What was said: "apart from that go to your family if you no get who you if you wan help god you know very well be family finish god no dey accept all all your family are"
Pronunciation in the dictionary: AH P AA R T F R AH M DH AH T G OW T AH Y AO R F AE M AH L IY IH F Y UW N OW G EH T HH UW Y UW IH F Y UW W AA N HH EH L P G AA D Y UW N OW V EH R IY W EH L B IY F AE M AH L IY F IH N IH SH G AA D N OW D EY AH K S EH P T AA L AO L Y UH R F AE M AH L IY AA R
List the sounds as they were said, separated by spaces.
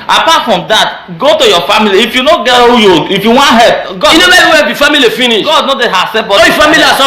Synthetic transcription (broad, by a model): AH P AA T F R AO M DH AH T G OW T AH Y AO F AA M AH L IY IH F Y UW N OW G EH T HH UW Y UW IH F Y UW W AA N HH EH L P G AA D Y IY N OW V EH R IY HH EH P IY F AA M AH L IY F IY N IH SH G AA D N OW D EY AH S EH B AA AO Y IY F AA M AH L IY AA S